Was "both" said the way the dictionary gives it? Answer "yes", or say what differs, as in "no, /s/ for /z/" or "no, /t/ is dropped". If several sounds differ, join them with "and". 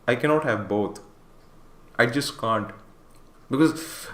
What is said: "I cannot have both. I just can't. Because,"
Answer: no, /t/ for /θ/